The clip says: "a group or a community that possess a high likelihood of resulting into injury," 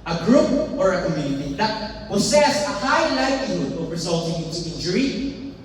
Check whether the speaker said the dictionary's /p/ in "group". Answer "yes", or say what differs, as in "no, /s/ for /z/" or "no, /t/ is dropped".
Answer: yes